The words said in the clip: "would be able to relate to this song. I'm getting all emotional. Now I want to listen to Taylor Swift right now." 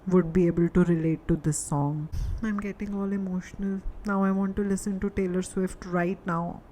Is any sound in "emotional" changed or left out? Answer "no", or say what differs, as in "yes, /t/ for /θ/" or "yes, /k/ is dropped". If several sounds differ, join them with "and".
no